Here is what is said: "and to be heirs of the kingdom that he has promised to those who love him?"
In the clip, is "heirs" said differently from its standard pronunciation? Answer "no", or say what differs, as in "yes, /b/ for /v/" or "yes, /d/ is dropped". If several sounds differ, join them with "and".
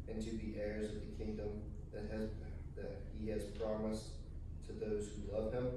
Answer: no